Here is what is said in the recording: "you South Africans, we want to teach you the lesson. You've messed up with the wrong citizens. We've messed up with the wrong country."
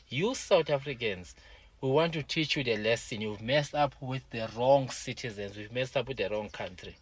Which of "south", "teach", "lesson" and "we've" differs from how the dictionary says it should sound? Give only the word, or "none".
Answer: south